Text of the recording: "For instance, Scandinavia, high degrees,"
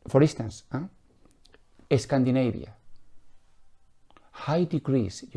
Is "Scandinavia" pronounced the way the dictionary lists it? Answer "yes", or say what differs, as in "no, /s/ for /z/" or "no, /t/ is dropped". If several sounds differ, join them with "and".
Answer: no, /b/ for /v/